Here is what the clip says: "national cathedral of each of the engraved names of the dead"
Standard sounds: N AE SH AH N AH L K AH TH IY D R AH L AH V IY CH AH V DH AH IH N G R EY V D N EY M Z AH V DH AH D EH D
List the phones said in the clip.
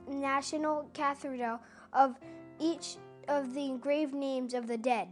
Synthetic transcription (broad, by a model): N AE SH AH N L K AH TH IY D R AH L AH V IY CH AH V DH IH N G R EY V N EY M Z AH V DH AH D EH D